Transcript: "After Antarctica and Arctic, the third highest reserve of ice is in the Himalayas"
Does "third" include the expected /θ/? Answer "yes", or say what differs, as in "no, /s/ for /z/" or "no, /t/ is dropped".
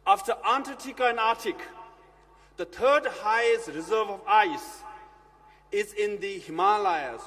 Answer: no, /t/ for /θ/